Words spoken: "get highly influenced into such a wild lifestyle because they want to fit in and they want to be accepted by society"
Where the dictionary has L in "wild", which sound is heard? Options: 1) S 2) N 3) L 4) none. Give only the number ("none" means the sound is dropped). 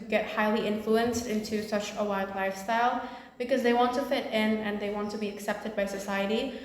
4